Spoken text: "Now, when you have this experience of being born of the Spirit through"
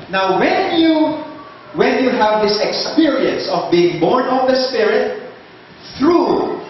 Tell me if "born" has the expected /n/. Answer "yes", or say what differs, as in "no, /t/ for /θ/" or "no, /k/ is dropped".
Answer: yes